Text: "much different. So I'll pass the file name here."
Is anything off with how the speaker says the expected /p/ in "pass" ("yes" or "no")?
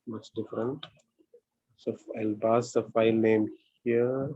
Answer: yes